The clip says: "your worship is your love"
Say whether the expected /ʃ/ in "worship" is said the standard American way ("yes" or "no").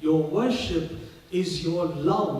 yes